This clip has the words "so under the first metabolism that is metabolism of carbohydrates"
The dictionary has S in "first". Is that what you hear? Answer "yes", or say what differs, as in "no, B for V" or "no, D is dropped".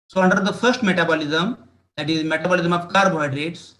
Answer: yes